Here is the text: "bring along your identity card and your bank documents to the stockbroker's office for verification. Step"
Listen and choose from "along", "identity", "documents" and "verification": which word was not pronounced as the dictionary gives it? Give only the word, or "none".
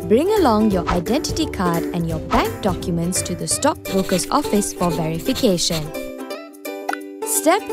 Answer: none